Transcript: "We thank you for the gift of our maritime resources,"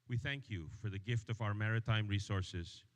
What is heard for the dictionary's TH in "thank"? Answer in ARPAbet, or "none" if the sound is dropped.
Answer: TH